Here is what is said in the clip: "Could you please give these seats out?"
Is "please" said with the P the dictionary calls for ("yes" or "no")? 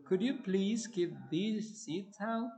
yes